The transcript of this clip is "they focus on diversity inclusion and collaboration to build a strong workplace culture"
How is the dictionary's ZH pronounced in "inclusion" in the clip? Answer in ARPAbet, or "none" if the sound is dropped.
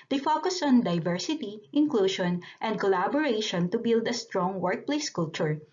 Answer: SH